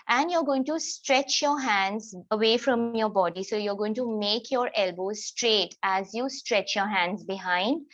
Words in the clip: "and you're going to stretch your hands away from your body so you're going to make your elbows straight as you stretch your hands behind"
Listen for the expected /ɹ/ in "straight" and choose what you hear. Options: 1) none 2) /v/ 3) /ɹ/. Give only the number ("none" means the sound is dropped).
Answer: 3